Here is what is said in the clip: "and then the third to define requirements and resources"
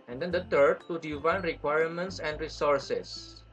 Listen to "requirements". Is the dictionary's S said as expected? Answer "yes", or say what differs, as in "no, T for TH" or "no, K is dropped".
yes